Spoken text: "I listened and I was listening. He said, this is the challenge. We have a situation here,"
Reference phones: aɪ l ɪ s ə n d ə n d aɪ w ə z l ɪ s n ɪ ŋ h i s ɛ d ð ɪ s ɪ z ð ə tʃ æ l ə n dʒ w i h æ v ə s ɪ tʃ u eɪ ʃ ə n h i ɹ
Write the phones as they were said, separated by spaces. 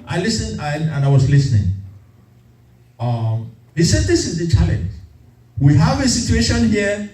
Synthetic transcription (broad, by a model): aɪ l ɪ s ə n d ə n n aɪ w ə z l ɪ s n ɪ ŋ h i s ɛ d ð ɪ s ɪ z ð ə tʃ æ l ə n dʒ w i h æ v ə s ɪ tʃ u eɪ ʃ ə n h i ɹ